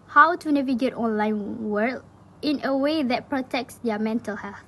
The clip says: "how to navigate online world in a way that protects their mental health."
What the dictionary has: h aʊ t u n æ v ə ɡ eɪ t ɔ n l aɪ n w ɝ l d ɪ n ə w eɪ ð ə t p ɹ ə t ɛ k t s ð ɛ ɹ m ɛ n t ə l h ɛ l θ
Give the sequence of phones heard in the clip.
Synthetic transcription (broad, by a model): h aʊ t u n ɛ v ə ɡ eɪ t ɔ n l aɪ n w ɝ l ɪ n ə w eɪ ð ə t p ɹ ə t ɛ k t s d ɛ m ɛ n t ə l h ɛ l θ